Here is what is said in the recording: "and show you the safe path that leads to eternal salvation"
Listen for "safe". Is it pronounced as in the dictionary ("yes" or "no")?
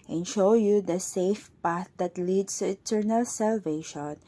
yes